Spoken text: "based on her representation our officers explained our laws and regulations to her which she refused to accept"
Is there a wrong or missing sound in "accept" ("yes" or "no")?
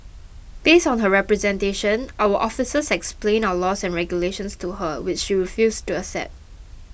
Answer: yes